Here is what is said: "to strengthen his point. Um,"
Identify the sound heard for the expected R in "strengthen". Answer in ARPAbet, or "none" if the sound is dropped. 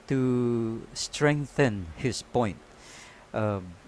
R